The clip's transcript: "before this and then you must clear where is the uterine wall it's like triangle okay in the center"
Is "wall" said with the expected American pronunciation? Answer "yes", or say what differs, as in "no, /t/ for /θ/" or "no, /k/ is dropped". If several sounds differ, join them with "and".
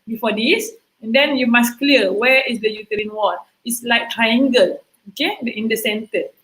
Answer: no, /n/ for /l/